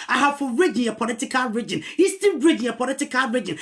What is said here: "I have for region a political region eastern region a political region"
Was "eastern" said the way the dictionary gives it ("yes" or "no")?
no